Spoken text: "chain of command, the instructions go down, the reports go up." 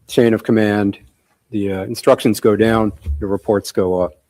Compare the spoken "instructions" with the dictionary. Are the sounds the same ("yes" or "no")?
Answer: yes